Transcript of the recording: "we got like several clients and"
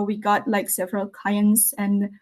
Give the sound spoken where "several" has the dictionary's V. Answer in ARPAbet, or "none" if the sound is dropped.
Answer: V